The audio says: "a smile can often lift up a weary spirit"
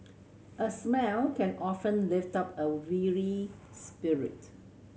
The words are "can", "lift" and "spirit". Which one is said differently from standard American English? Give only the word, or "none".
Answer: none